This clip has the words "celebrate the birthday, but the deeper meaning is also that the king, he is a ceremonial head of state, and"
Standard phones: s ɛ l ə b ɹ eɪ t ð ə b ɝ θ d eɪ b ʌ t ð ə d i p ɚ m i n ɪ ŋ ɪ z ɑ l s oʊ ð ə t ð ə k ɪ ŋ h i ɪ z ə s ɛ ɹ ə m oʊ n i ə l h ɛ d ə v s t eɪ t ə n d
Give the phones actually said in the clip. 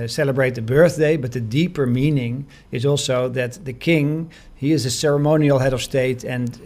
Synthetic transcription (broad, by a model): s ɛ l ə b ɹ eɪ t ð ə b ɝ θ d eɪ b ʌ t ð ə d i p ɚ m i n ɪ ŋ ɪ z ɑ l s oʊ ð ə t ð ə k ɪ ŋ h i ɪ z ə s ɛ ɹ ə m oʊ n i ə l h ɛ d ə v s t eɪ t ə n